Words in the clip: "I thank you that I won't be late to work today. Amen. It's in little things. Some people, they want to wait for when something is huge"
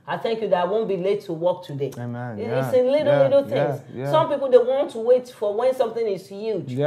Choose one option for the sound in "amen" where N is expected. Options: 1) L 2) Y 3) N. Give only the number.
1